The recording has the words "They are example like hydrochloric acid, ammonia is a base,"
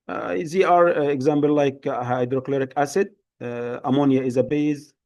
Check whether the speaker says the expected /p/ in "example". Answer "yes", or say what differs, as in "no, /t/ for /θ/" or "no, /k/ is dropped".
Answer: no, /b/ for /p/